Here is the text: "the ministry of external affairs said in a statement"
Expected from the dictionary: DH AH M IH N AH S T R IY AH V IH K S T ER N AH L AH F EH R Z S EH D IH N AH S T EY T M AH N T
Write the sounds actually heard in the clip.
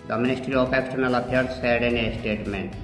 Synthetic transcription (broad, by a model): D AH M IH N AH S T R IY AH P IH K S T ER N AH L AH P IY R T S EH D IH N AH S T EY T M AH N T